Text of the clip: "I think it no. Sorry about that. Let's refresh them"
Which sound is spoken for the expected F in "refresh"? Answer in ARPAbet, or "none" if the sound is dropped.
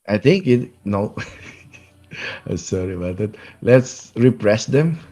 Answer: P